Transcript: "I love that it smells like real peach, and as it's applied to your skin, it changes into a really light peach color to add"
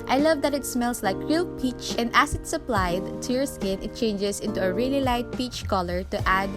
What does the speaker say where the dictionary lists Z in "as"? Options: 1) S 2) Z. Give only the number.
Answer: 1